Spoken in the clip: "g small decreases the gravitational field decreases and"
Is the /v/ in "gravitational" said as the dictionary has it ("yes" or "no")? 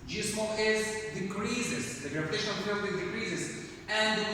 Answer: no